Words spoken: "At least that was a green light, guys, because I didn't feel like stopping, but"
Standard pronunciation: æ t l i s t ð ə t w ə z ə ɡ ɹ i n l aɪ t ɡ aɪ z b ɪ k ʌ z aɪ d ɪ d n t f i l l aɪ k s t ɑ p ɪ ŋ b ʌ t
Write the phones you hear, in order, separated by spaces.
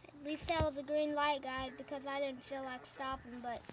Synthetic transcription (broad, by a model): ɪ t l i s t ð ə t w ə z ə ɡ ɹ i n l aɪ t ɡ aɪ b ɪ k ʌ z aɪ d ɪ d n t f i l l aɪ k s t ɑ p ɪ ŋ b ʌ t